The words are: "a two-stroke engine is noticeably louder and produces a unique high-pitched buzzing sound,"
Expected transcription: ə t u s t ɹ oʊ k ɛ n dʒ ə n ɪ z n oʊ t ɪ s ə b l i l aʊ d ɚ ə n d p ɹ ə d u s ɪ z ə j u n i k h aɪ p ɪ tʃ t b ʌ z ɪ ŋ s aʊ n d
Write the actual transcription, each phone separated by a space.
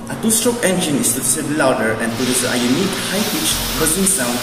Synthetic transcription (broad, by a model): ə t u s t ɹ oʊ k ɛ n dʒ ə n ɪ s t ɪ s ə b l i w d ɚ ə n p ə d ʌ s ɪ ə j u n i k h aɪ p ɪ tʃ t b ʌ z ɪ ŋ s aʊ n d